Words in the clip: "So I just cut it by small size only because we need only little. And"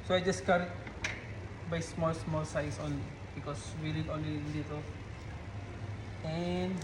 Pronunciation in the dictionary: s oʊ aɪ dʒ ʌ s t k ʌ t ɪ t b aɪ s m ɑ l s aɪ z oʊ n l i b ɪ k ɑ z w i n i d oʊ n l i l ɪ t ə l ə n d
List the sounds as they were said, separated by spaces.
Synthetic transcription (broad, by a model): s oʊ aɪ dʒ ʌ s t k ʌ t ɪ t b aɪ s m ɑ l s aɪ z oʊ n l i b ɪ k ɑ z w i l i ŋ oʊ n l i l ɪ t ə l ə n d